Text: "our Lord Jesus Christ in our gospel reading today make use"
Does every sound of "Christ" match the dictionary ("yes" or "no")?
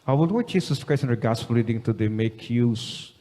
no